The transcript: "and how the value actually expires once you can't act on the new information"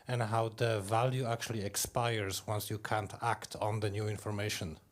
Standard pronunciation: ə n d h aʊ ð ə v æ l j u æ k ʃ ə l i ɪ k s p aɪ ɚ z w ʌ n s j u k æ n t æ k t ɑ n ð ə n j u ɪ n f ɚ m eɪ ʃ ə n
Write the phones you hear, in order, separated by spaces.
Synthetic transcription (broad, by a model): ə n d h aʊ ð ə v æ l j u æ k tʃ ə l i ɪ k s p aɪ ɚ z w ʌ n s j u k æ n t æ k t n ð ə n j u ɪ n f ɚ m eɪ ʃ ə n